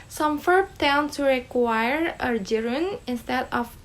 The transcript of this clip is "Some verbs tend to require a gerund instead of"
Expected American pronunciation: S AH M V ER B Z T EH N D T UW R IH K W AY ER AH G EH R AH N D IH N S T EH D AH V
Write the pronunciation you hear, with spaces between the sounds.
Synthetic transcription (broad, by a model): S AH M F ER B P T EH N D T UW R IH K W AY ER AH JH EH R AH N IH N S T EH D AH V